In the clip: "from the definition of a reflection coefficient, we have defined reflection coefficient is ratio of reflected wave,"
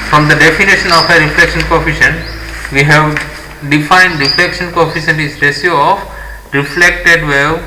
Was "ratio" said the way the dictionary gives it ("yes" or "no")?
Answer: no